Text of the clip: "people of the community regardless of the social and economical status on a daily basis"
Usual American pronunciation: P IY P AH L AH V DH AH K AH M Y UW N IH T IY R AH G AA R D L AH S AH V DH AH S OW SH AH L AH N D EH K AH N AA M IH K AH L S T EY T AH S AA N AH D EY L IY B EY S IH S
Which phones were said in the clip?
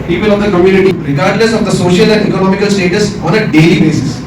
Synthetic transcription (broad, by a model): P IY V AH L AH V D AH K AH M Y UW N IH T IY R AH G AA R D N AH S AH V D AH S OW SH AH L AH N D EH K AH N AA M IH K AH L S T EY T AH S AA N AH D EY L IY B EY S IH S